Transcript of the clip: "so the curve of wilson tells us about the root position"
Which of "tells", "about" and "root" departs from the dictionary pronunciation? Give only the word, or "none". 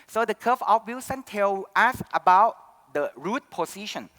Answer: tells